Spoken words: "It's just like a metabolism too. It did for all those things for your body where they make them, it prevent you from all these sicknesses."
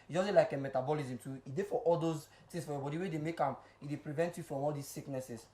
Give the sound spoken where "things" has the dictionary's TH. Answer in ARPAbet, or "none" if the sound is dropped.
T